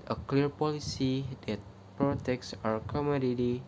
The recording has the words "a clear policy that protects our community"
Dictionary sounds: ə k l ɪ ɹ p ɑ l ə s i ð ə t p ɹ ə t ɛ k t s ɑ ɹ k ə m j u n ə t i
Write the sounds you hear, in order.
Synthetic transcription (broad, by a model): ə k l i ɹ p ɑ l ə s i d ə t p ɹ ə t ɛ k s ɑ ɹ k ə m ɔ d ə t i